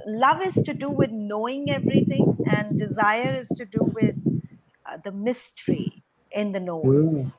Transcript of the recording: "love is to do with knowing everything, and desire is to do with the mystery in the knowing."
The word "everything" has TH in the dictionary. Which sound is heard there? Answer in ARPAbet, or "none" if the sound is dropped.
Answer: T